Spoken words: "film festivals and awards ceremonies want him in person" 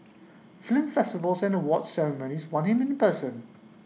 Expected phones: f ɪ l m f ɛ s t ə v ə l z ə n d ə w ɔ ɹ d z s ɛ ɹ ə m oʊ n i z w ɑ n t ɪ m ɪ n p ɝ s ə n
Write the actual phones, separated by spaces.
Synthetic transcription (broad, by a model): f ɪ l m f ɛ s t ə v ə l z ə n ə w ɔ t s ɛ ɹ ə m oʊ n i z w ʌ n ɪ m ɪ n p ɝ s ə n